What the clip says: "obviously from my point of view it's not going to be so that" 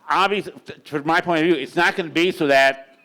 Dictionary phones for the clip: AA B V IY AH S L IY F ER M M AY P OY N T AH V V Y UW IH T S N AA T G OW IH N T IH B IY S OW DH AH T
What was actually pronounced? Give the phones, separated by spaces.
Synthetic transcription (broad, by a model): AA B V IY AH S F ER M M AY P OY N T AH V V Y UW IH T S N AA T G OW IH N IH B IY S OW DH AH T